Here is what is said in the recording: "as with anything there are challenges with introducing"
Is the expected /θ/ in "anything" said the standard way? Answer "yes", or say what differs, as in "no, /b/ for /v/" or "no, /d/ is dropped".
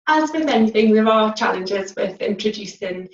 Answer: yes